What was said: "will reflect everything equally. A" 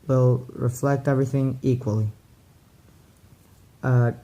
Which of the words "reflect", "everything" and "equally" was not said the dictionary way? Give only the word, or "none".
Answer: none